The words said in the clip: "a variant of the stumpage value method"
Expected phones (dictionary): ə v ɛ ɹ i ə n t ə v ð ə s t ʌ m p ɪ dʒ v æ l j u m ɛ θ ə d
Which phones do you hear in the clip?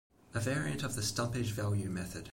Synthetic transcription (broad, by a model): ə v ɛ ɹ i ə n t ə v ð ə s t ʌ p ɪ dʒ v æ l j u m ɛ θ ə d